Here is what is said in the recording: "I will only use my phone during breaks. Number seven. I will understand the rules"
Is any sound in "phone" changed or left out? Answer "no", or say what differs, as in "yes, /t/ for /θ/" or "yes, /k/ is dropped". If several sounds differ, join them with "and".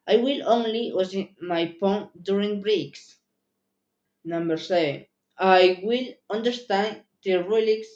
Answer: yes, /p/ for /f/